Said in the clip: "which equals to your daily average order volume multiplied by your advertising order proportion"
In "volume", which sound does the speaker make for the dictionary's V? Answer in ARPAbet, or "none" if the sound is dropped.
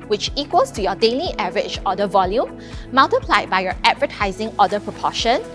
V